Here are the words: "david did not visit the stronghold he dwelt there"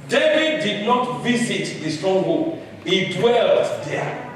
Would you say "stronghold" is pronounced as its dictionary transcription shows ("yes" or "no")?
no